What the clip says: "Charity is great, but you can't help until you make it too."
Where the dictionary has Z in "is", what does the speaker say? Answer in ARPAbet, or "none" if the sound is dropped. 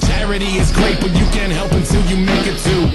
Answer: Z